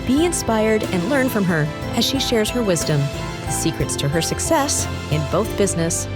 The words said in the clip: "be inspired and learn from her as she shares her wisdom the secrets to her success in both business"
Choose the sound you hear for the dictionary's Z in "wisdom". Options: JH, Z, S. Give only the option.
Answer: Z